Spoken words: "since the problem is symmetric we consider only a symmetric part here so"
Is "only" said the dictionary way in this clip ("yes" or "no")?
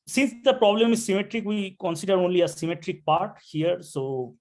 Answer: yes